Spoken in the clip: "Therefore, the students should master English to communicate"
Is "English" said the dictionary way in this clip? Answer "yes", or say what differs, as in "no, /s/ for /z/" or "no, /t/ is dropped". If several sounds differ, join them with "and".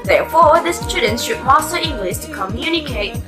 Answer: no, /s/ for /ʃ/